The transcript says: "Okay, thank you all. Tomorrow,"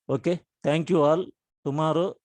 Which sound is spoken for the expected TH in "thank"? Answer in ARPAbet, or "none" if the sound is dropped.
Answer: T